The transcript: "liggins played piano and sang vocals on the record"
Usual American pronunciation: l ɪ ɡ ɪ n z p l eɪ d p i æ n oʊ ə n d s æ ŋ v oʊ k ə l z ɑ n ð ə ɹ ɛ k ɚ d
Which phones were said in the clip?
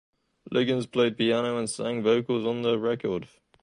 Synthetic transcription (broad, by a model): l ɪ ɡ ɪ n z p l eɪ d p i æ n oʊ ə n s æ ŋ v oʊ k ə l z n ð ə ɹ ɛ k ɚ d